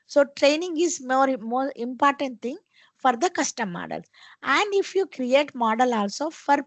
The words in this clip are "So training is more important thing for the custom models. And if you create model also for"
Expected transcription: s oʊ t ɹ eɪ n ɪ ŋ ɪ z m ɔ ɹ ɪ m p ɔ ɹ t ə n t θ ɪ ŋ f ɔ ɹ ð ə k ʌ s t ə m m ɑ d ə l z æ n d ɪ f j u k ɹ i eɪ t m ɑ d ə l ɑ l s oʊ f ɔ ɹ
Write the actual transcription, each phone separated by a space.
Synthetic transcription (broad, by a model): s oʊ t ɹ eɪ n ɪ ŋ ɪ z m ɔ ɹ ɪ m p ɔ ɹ t ə n t t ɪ ŋ f ɔ ɹ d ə k ʌ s t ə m m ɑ d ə l s æ n d ɪ f j u k ɹ i eɪ t m ɑ d ə l ɑ l s oʊ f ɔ ɹ